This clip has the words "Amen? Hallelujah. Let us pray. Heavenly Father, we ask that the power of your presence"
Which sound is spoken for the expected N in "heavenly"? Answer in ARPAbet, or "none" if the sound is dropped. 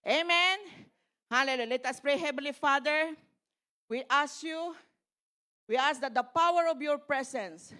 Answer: none